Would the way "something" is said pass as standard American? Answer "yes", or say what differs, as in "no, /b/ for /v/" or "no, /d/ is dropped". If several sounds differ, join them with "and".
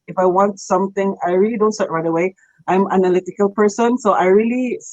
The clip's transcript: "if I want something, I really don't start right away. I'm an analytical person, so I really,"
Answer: no, /t/ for /θ/